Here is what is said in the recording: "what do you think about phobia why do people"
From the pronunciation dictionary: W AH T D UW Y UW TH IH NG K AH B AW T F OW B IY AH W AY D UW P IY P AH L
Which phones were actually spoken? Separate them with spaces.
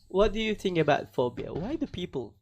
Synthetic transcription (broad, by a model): W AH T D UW Y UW TH IH NG K AH B AW T F OW B IY AH W AY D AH P IY P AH L